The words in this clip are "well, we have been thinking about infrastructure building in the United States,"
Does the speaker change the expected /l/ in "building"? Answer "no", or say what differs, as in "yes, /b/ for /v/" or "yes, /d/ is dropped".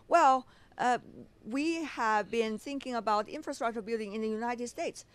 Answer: no